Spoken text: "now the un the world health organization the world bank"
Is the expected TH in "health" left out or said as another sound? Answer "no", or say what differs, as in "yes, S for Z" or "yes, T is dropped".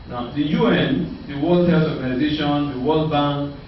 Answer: yes, S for TH